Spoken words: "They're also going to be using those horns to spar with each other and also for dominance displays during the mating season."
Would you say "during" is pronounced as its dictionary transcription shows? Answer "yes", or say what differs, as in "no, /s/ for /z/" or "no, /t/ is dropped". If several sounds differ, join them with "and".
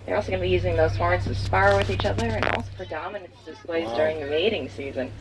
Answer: yes